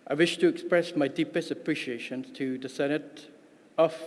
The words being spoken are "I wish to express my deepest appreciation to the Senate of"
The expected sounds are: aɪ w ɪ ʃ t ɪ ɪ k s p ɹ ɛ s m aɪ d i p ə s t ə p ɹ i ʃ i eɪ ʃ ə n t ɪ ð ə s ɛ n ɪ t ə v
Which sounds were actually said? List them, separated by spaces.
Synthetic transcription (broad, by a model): aɪ w ɪ ʃ t ɪ ɪ k s p ɹ ɛ s m aɪ d i p ə s t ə p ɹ i ʃ i eɪ ʃ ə n t ɪ ð ə s ɛ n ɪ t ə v